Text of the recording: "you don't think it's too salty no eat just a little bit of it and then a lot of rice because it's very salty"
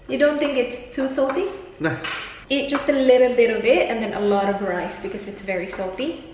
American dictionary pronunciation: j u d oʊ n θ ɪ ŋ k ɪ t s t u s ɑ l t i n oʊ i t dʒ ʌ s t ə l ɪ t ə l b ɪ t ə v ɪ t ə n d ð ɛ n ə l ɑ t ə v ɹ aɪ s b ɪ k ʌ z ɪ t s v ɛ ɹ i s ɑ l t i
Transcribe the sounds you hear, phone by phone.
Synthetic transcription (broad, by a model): j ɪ d oʊ n θ ɪ ŋ k ɪ t s t u s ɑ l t i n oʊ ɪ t dʒ ʌ s t ə l ɪ t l b ɪ t ə v ɪ t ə n ð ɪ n ə l ɑ t ə v ɹ aɪ s b ɪ k ʌ z ɪ t s v ɛ ɹ i s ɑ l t i